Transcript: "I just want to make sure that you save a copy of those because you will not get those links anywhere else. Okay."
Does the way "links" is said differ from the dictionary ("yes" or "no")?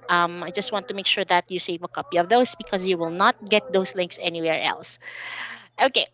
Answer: no